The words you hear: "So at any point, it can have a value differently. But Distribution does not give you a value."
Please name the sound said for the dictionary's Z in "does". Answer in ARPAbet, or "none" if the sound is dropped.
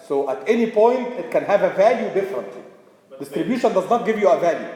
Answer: Z